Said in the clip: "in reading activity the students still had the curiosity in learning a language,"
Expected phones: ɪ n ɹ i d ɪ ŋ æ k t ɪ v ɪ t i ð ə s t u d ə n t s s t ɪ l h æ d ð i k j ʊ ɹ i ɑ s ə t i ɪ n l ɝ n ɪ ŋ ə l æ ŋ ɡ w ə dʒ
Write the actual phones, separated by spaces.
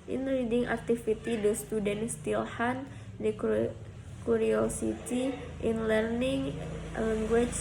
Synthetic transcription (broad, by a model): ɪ n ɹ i d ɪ ŋ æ k t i f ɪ t i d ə s t u d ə n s s t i l h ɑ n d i k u ɹ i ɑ s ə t i ɪ n l ɝ n ɪ ŋ l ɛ ŋ ɡ w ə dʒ